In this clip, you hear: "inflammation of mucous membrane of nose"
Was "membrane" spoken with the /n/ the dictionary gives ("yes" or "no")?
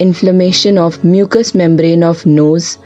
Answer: yes